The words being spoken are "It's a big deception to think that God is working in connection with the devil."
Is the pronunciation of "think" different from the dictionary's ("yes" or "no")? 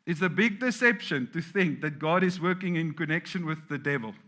no